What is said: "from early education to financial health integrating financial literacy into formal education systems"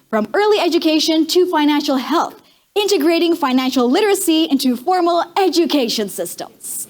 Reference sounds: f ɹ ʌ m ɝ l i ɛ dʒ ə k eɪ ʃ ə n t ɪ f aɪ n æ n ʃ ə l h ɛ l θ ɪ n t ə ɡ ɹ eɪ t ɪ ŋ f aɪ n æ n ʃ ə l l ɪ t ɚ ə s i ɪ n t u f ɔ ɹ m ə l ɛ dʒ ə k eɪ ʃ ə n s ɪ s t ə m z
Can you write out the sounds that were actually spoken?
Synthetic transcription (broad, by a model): f ɹ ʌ m ɝ l i ɛ dʒ ə k eɪ ʃ ə n t ɪ f aɪ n æ n ʃ l h ɛ l θ ɪ n t ə ɡ ɹ eɪ t ɪ ŋ f aɪ n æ n ʃ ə l l ɪ t ɚ ə s i ɪ n t u f ɔ ɹ m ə l ɛ dʒ ə k eɪ ʃ ə n s ɪ s t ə m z